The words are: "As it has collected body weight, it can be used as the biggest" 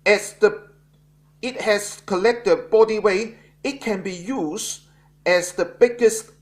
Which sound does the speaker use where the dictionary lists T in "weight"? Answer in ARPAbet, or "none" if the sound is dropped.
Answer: none